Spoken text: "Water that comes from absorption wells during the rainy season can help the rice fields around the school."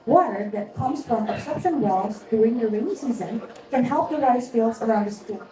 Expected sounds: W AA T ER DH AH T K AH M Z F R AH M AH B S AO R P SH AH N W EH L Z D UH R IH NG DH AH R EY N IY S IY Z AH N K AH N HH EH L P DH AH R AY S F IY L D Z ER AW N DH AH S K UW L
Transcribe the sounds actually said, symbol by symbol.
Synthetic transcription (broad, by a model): W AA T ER DH AH T K AH M Z F R AH M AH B S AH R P SH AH N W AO Z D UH IH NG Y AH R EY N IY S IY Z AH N K AH N HH EH L P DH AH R AY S F IY L D Z ER AW N DH AH S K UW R